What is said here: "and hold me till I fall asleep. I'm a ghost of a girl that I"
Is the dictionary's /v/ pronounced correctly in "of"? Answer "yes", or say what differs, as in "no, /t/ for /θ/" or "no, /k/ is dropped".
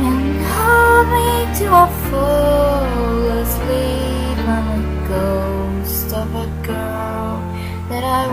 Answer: no, /f/ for /v/